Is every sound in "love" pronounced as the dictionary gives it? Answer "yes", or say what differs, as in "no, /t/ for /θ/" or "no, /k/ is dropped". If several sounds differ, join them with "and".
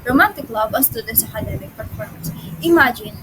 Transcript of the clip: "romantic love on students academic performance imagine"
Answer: no, /b/ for /v/